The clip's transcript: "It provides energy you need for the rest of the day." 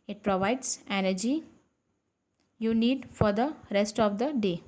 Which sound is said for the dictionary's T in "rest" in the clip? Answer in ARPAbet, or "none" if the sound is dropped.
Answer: T